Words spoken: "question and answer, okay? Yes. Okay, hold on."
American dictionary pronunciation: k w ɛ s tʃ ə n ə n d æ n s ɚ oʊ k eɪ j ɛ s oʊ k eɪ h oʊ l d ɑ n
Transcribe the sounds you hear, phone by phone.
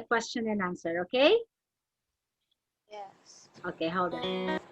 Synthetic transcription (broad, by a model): k w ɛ s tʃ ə n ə n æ n s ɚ oʊ k eɪ j ɛ s oʊ k eɪ h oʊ d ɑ